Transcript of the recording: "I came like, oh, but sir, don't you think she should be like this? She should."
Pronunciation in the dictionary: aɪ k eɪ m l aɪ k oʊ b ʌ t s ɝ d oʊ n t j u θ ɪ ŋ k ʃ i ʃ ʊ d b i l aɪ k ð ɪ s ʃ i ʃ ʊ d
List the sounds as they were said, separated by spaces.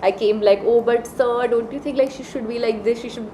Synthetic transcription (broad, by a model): aɪ k eɪ m l aɪ k oʊ b ʌ t s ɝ d oʊ n t j u t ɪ ŋ k ʃ i ʃ ʊ d b i l aɪ k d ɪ s ʃ i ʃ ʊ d